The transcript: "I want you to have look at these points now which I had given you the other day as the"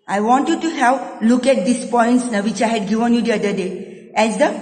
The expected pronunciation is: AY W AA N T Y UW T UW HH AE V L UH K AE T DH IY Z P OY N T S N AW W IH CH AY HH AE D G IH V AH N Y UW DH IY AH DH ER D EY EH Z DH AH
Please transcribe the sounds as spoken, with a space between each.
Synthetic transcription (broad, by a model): AY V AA N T Y UW T UW HH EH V L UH K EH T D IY S P OY N T S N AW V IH CH AY HH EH D G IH V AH N Y UW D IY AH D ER D EY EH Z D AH